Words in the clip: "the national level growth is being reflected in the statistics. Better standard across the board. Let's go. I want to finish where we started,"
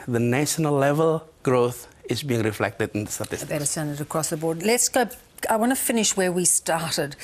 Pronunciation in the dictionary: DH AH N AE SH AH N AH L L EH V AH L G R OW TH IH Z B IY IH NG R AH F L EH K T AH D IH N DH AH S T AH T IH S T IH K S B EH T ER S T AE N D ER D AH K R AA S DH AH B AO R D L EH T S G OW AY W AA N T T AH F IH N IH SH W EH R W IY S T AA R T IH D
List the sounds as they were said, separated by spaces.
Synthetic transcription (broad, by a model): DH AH N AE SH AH N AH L L EH V AH L G R OW TH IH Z B IY IH NG R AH F L EH K T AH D IH N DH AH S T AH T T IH S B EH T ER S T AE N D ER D AH K R AA S DH AH B AO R D L EH T S G OW AY W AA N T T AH F IH N IH SH W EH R W IY S T AA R T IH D